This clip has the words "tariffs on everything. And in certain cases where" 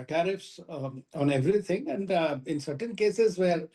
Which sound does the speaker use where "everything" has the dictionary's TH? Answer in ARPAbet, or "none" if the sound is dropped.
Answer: T